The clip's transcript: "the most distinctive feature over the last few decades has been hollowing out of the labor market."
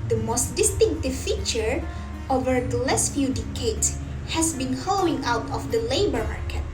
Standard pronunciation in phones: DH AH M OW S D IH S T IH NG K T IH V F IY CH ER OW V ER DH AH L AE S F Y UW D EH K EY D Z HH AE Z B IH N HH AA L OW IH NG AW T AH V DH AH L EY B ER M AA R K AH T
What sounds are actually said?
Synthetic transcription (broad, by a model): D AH M OW S D IH S T IH NG K T IH V F IY CH ER OW V ER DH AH L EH S F Y UW D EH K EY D S HH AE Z B IH N HH AA L OW IH NG AW T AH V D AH L EY B ER M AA R K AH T